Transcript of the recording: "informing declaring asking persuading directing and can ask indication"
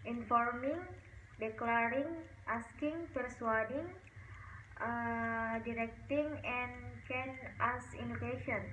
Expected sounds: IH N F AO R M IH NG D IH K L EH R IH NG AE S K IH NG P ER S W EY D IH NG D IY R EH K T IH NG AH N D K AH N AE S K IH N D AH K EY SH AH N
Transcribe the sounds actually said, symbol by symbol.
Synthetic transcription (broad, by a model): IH N F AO R M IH NG D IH K L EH R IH NG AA S K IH NG P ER S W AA D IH NG D IY R EH K T IH NG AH N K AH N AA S IY N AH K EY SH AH N